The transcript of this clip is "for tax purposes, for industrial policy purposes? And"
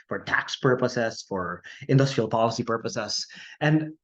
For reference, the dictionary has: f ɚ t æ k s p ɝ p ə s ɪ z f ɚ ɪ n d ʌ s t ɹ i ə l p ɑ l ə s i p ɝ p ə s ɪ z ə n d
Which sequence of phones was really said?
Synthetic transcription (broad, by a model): f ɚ t æ k s p ɝ p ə s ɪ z f ɚ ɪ n d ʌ s t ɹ i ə l p ɑ l ə s i p ɝ p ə s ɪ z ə n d